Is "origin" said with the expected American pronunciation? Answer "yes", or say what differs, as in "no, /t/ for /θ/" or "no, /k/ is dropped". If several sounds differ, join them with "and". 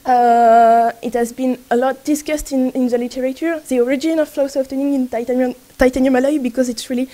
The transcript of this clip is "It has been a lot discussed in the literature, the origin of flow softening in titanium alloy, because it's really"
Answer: yes